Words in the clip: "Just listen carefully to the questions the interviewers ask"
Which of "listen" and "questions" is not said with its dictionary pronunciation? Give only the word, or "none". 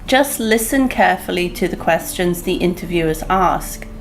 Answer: none